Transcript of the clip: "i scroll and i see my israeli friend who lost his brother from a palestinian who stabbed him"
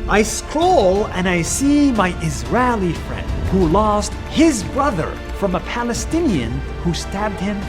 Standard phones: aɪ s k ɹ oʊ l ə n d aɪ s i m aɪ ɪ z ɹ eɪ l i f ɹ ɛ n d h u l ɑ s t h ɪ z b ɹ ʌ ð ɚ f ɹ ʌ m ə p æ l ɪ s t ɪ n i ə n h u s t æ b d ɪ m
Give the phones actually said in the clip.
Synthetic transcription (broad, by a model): aɪ s k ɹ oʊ l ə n aɪ s i m aɪ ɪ z ɹ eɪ l i f ɹ ɛ n d h u l ɑ s t h ɪ z b ɹ ʌ ð ɚ f ɹ ʌ m ə p æ l ɪ s t ɪ n i ə n h u s t æ b d ɪ m